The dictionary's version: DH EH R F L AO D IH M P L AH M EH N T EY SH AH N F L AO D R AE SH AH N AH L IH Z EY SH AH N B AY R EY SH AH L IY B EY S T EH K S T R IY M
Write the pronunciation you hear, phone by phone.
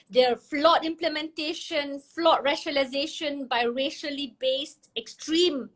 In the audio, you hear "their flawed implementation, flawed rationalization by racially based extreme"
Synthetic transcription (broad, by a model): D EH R F L AO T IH M P L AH M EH N T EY SH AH N F L AO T R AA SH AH L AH IH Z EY SH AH N B AY R EY SH AH L IY B EY S T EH K S T R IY M